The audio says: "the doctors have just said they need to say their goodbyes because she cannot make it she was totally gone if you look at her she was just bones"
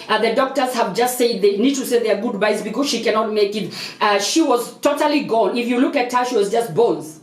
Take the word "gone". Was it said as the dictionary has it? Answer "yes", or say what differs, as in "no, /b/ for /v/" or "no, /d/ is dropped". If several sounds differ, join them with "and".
no, /l/ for /n/